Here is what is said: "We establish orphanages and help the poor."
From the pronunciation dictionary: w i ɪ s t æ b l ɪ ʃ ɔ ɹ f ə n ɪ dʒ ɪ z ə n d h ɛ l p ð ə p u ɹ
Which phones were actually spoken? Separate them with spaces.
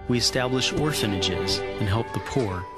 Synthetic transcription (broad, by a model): w i ɪ s t æ b l ɪ ʃ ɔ ɹ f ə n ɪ dʒ ɪ z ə n h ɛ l p ð ə p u ɹ